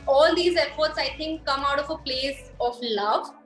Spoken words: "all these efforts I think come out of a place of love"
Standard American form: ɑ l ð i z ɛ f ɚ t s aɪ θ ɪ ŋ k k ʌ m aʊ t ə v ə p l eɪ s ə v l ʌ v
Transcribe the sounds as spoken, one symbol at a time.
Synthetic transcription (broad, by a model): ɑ l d i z ɛ f ɚ t s aɪ t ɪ ŋ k k ʌ m aʊ t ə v ə p l eɪ s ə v l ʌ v